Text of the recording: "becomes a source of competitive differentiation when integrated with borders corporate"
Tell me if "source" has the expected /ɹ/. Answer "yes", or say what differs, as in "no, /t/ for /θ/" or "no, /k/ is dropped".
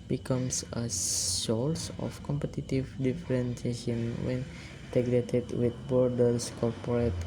no, /l/ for /ɹ/